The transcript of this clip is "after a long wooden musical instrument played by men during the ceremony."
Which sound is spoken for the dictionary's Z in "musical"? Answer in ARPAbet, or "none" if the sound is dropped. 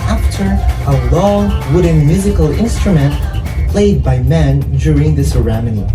Z